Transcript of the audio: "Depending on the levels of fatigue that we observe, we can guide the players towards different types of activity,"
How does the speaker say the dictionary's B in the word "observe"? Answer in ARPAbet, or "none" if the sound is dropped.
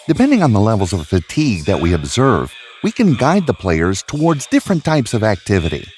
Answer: B